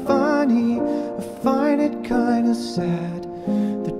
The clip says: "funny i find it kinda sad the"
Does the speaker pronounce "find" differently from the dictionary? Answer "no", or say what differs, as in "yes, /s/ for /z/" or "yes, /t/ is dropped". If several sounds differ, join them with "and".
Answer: yes, /d/ is dropped